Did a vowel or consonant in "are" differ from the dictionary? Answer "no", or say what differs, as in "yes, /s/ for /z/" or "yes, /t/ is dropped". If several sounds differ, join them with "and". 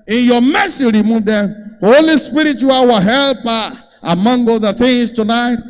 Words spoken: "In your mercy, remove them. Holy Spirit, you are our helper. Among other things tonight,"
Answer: yes, /w/ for /ɹ/